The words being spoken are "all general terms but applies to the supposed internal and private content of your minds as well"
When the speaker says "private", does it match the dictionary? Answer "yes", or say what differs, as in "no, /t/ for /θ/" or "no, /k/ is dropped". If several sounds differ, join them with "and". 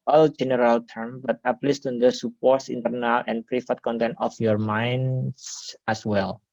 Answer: no, /f/ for /v/